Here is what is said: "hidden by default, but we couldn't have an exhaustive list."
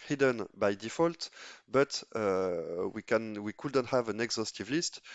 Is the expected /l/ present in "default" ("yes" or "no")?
yes